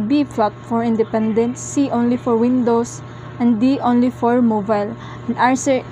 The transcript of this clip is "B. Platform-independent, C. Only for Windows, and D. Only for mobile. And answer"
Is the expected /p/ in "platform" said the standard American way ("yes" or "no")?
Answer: no